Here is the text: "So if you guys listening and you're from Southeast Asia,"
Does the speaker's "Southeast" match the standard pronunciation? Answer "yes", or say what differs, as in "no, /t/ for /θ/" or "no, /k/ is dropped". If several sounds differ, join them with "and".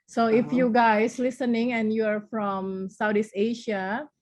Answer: no, /t/ is dropped